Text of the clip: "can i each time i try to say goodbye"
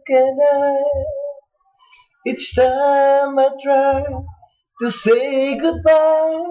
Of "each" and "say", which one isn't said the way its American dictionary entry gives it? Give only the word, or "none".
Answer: each